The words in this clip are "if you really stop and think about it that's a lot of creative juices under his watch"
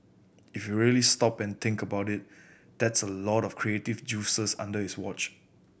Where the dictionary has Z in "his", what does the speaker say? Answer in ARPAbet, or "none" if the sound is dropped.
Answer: S